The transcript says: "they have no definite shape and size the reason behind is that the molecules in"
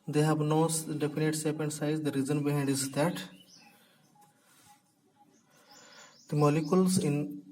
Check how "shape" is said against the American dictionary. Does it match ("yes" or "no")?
no